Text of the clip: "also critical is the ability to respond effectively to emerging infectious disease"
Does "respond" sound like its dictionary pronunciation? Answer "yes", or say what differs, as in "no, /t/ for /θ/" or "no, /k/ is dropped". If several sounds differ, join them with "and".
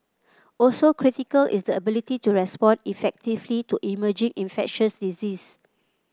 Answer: no, /d/ is dropped